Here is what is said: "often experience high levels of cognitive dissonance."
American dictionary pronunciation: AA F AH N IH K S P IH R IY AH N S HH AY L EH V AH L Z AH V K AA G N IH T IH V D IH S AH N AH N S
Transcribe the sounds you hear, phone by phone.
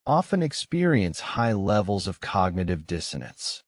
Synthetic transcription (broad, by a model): AA F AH N IH K S P IH R IY AH N S HH AY L EH V L Z AH V K AA G N IH T IH V D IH S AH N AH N S